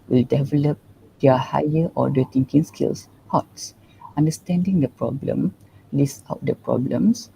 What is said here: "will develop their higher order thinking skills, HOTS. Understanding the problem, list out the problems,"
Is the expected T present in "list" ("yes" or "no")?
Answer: no